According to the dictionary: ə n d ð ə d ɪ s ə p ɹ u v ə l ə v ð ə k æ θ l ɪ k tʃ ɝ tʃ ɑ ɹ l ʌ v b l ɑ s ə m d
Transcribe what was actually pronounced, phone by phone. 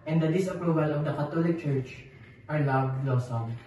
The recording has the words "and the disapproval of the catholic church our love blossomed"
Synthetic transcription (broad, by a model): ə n d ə d ɪ s ə p ɹ u v ə l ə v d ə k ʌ t l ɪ k tʃ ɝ tʃ ɑ ɹ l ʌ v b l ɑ s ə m